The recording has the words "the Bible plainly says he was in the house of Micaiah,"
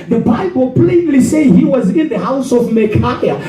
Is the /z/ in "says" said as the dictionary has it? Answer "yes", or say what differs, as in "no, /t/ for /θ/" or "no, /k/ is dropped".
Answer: no, /z/ is dropped